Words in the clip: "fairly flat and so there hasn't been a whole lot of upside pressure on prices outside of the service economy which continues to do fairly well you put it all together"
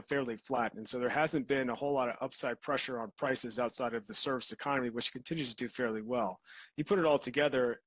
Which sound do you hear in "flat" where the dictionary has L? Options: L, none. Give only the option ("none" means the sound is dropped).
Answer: L